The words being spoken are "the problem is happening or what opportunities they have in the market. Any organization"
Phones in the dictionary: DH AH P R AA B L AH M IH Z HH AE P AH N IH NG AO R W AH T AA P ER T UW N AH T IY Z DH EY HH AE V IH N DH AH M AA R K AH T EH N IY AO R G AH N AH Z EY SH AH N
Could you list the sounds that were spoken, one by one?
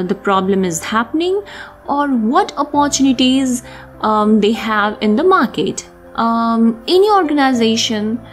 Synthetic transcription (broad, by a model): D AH P R AA B L AH M IH Z HH AE P AH N IH NG AO R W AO T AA P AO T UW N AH T IY Z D EY HH AE V IH N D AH M AA R K AH T EH N IY AO R G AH N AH Z EY SH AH N